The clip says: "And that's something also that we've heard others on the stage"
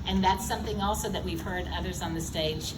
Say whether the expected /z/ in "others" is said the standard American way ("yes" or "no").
yes